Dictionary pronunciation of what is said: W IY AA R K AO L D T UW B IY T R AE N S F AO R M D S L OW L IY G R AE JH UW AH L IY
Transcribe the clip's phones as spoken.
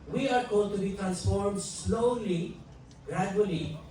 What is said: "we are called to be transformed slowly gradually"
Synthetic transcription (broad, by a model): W IY AA R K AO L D T UW B IY T R AE N S F AO R M D S L OW L IY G R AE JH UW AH L IY